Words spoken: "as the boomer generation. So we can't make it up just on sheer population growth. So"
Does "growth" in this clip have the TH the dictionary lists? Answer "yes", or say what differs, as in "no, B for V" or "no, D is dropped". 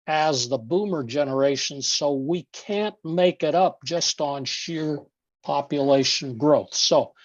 yes